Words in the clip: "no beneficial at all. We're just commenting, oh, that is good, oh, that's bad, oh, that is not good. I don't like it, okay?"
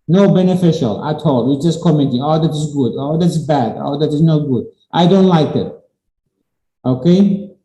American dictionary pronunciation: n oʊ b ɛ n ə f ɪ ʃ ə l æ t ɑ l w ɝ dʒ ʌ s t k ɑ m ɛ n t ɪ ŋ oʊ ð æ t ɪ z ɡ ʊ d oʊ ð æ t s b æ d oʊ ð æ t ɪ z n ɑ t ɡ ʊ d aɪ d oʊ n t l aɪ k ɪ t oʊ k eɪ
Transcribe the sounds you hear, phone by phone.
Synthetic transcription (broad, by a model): n oʊ b ɛ n ə f ɪ ʃ ə l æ t ɑ l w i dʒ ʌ s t k ɑ m ɛ n t ɪ ŋ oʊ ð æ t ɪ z ɡ ʊ d oʊ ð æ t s b æ d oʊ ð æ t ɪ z n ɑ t ɡ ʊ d aɪ d oʊ n t l aɪ k ɪ t oʊ k eɪ